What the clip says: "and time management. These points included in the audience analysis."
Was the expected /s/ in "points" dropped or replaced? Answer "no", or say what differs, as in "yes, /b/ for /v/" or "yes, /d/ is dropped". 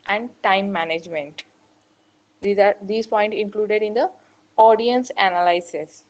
yes, /s/ is dropped